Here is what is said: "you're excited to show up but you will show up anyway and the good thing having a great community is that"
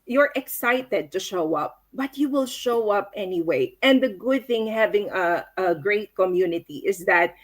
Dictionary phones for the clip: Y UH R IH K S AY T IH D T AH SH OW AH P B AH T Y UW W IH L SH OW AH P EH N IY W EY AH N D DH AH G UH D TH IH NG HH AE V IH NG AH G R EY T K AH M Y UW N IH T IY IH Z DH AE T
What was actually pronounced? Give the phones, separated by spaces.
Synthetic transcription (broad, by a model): Y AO R IH K S AY T IH D T AH SH OW AH P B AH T Y UW W IH L SH OW AH P EH N IY W EY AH N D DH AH G UH D TH IH NG HH AE V IH NG AH G R EY T K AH M Y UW N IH T IY IH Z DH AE T